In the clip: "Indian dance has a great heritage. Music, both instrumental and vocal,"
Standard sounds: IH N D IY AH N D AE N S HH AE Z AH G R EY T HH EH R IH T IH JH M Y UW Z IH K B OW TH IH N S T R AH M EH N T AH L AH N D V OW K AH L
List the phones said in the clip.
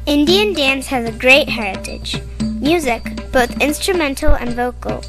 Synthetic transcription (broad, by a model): IH N D IY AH N D AE N S HH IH Z AH G R EY T HH EH R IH T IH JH M Y UW Z IH K B OW TH IH N S T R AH M EH N T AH L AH N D V OW K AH L